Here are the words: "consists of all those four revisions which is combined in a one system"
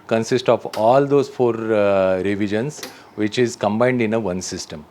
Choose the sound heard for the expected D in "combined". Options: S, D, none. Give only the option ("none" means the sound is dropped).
D